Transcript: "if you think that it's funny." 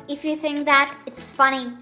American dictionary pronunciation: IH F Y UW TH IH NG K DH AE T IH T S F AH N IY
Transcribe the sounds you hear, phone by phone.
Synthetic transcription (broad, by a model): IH F Y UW TH IH NG K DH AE T IH T S F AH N IY